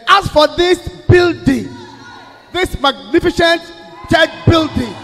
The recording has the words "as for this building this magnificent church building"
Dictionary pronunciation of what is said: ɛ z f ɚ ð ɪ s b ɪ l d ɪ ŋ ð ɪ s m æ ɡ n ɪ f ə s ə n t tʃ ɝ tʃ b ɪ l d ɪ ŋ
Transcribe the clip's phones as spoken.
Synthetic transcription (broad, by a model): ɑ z f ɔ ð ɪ s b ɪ l d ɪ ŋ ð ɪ s m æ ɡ n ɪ f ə ʃ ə n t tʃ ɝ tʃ b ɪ l d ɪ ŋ